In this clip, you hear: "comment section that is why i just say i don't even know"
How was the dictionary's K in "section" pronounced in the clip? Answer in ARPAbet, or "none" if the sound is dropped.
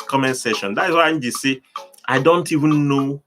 none